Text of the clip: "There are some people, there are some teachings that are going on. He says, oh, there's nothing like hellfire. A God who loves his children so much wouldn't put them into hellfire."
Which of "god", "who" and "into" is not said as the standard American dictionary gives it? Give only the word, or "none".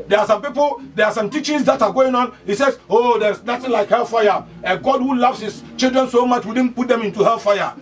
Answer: none